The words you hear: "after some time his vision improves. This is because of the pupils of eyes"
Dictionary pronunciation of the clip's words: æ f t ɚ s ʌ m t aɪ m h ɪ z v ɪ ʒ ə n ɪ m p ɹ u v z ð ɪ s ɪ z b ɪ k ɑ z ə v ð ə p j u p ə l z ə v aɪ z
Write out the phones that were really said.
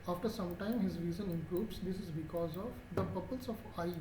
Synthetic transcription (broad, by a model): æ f t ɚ s ʌ m t aɪ m h ɪ z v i z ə n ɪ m p ɹ u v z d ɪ s ɪ z b ɪ k ɑ z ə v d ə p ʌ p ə l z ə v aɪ